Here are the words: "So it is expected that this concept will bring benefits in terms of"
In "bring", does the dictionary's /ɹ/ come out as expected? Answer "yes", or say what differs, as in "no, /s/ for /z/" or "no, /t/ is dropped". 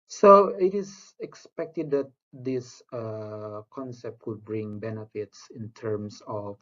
yes